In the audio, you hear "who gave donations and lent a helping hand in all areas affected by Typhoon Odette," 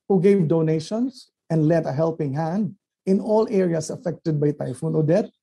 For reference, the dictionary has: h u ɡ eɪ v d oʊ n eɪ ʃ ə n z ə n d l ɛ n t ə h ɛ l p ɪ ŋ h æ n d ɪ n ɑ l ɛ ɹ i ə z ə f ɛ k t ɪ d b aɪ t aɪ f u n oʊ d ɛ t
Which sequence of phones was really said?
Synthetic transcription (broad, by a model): h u ɡ eɪ v d oʊ n eɪ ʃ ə n s ə n d l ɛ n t ə h ɛ l p ɪ ŋ h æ n d ɪ n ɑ l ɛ ɹ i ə s ə f ɛ k t ɪ d b aɪ t aɪ f u n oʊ d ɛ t